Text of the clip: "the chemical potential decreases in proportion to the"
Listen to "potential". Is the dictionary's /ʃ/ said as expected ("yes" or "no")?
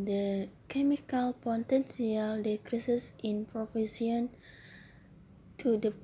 no